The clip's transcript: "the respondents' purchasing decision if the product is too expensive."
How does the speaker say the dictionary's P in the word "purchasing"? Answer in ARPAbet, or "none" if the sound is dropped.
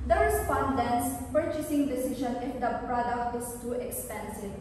P